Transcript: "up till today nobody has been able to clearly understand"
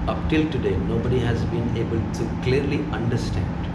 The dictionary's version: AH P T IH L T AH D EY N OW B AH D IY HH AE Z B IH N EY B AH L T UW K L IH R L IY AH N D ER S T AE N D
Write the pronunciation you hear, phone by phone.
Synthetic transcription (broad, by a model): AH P T IH L T AH D EY N OW B AH D IY HH AE Z B IH N EY B AH L T UW K L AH R L IY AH N D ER S T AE N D